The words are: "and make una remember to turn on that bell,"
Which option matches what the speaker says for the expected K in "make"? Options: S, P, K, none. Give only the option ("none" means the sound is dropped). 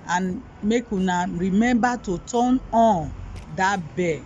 K